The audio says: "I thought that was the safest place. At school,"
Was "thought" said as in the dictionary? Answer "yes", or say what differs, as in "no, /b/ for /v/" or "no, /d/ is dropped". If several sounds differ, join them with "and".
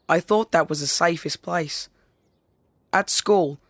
yes